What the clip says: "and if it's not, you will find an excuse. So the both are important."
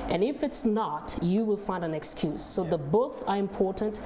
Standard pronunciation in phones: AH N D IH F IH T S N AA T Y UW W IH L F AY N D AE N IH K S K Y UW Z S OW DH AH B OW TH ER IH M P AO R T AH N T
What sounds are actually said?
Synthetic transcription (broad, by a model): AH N IH F IH T S N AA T Y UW W IH L F AY N D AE N IH K S K Y UW Z S OW DH AH B OW TH ER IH M P AO R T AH N T